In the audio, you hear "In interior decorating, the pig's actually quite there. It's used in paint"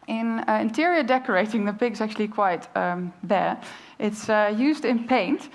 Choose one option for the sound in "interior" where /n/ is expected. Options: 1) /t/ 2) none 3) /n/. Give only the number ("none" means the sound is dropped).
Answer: 3